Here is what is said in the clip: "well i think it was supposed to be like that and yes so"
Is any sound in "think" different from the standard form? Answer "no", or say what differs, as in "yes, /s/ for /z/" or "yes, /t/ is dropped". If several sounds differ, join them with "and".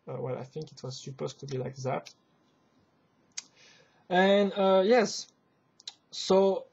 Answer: no